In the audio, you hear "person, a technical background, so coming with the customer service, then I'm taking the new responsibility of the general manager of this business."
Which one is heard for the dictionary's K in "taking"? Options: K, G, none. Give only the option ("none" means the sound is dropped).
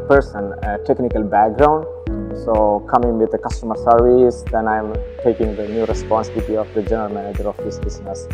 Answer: K